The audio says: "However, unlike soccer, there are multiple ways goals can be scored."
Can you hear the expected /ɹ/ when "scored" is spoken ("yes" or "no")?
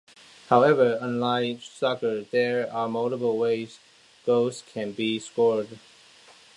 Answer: yes